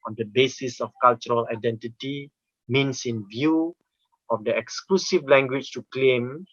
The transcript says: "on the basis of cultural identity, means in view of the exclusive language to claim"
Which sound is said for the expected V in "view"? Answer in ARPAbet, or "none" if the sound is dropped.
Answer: V